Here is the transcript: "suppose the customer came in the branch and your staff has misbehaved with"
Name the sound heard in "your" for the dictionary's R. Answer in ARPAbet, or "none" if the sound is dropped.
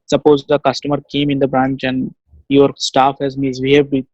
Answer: R